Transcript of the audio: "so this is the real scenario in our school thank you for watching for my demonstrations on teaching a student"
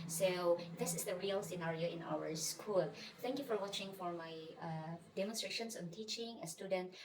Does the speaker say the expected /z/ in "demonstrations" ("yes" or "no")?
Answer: no